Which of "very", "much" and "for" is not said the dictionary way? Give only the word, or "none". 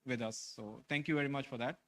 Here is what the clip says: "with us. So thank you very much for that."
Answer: none